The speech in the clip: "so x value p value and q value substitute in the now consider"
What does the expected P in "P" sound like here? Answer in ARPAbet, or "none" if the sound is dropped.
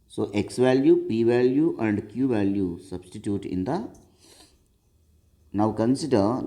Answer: P